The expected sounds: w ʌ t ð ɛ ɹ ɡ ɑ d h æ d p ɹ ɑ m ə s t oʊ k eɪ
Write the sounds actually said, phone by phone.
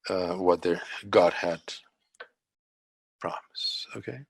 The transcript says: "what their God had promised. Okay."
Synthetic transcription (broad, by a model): w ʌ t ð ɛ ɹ ɡ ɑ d h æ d p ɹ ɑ m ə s oʊ k eɪ